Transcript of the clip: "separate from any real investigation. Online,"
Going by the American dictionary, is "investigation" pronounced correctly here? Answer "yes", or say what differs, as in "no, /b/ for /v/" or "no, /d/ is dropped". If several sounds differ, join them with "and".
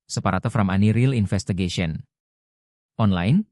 no, /f/ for /v/